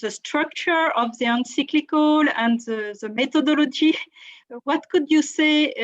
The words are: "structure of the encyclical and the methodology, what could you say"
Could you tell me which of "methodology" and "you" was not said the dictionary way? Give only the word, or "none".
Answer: methodology